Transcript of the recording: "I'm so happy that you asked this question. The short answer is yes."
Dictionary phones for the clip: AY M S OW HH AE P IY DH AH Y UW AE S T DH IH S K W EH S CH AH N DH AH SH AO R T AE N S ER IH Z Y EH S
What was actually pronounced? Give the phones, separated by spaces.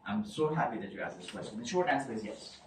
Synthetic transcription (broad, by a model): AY M S OW HH AE P IY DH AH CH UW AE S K DH IH S K W EH S CH AH N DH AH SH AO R AE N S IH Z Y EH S